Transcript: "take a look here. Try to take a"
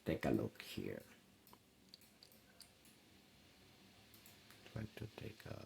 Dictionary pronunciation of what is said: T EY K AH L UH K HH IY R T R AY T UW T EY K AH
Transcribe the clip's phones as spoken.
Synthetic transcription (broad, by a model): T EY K AH L UH K HH IY R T W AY T UW T EY K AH